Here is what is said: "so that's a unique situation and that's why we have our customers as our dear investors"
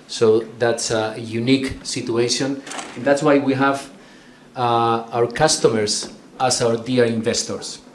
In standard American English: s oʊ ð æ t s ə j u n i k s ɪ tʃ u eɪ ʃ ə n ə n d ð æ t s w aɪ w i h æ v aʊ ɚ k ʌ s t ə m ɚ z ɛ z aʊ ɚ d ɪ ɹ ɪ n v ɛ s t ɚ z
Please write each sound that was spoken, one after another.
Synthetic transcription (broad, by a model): s oʊ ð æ t s ə j u n i k s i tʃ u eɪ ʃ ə n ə n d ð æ t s w aɪ w i h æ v aʊ ɚ k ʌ s t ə m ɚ s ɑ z aʊ ɚ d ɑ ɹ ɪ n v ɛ s t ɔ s